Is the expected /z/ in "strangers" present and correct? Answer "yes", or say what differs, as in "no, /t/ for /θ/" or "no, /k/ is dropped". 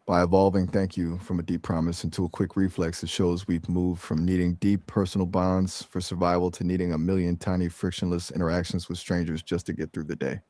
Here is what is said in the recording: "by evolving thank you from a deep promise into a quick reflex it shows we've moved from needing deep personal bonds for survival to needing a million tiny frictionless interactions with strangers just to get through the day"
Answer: yes